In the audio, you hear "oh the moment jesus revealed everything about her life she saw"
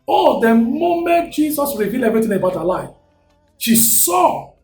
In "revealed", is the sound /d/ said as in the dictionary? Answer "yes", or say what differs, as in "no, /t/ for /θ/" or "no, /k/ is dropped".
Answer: no, /d/ is dropped